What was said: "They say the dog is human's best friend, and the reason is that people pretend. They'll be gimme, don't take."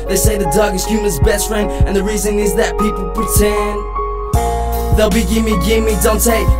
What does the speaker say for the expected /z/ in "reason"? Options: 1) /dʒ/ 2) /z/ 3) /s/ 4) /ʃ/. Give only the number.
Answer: 2